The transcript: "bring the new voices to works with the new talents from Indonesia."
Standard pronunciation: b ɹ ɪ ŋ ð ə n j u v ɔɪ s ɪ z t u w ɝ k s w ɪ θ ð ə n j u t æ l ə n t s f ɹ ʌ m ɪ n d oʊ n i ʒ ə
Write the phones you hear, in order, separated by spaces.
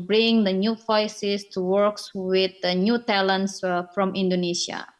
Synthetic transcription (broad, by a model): b ɹ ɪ ŋ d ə n j u f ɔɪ s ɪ s t u w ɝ k s w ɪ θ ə n j u t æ l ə n t s f ɹ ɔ m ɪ n d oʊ n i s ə